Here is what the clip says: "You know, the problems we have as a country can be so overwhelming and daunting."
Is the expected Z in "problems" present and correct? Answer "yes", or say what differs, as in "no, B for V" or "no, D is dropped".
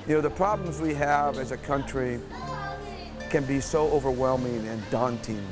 yes